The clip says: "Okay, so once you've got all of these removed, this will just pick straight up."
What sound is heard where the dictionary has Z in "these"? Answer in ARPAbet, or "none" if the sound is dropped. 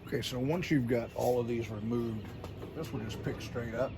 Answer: Z